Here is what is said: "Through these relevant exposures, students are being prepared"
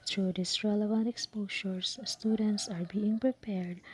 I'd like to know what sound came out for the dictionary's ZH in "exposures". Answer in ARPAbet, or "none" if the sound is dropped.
SH